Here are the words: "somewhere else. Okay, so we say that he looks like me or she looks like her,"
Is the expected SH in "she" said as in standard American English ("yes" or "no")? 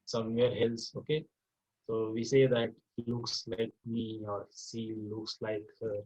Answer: no